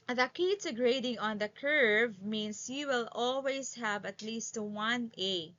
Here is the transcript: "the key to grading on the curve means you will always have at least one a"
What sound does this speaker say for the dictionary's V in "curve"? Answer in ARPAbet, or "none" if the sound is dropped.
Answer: V